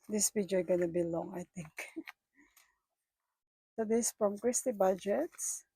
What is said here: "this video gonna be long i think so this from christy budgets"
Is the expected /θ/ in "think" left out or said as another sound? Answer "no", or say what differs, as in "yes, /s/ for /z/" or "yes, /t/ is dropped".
yes, /t/ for /θ/